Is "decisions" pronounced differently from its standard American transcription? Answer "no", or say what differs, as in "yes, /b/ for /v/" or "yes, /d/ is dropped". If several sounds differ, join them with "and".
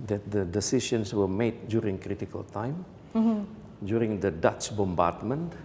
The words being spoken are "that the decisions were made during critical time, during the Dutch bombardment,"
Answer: yes, /ʃ/ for /ʒ/ and /s/ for /z/